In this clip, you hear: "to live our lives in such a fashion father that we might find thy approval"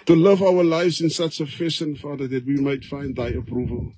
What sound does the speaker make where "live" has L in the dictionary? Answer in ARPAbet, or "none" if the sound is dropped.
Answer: L